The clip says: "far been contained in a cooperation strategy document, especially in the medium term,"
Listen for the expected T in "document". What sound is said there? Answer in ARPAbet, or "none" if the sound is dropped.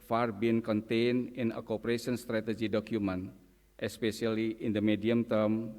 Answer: T